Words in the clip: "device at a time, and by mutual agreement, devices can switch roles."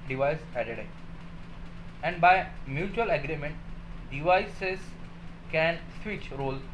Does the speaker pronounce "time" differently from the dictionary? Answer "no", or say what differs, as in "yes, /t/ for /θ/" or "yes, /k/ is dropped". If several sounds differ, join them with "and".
yes, /m/ is dropped